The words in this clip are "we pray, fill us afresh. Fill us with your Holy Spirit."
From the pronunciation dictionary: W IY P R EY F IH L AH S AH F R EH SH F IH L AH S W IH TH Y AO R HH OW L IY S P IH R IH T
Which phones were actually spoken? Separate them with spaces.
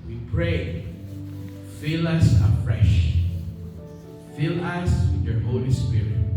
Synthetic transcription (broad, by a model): W IY P R EY F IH L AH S AH F R EH SH F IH L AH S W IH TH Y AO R HH OW L IY S P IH R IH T